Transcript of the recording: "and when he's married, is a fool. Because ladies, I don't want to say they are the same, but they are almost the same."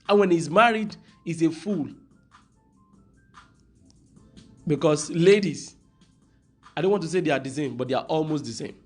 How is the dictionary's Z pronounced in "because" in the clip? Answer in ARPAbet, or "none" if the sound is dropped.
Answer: S